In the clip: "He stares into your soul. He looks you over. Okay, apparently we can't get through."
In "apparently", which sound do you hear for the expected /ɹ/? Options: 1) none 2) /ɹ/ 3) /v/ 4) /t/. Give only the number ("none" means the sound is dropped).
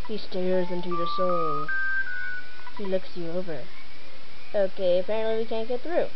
1